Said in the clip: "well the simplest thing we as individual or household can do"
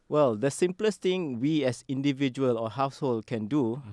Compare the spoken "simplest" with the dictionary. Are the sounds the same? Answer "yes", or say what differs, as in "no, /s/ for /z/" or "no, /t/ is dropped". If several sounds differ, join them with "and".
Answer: yes